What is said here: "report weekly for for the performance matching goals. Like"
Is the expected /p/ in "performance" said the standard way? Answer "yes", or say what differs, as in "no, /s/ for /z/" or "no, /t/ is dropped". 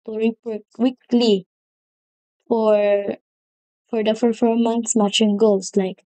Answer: no, /f/ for /p/